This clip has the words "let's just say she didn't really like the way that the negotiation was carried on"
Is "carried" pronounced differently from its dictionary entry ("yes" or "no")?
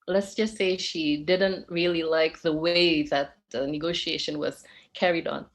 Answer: no